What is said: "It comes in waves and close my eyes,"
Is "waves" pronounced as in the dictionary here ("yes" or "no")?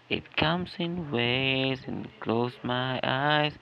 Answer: no